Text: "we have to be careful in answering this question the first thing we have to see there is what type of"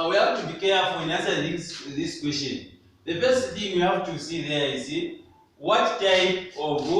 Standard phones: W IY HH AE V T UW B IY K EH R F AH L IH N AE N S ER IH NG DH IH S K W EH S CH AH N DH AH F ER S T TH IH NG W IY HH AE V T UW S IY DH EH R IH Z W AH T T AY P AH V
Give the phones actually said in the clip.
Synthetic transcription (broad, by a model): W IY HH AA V T UW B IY K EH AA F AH IH N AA S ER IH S DH IH S K W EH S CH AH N DH AH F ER S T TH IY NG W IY HH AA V T UW S IY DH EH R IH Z W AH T T AY P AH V